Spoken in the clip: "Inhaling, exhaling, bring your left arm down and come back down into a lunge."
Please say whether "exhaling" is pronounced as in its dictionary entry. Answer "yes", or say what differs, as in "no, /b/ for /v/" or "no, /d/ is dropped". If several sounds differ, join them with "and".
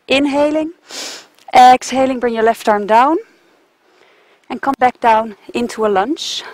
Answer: yes